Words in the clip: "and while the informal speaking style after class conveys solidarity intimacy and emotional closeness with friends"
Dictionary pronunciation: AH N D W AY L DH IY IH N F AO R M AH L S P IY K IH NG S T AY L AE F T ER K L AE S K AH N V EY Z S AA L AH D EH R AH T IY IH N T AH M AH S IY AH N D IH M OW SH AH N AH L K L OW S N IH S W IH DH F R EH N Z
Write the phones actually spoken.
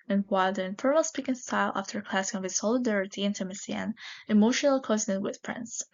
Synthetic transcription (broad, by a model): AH N W AY L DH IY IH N F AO R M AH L S P IY K IH NG S T AY L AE F T ER K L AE S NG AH V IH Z S AA L AH D EH R AH T IY IH N T AH M AH S IY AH N IH M OW SH AH N AH L K OW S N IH W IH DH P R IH N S